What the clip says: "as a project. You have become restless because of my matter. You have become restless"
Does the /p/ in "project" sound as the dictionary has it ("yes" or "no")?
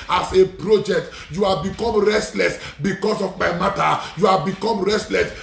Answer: yes